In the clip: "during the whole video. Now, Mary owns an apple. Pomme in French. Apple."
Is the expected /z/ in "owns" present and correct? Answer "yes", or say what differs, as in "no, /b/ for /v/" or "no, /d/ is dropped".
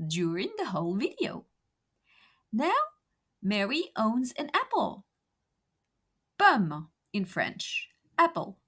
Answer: yes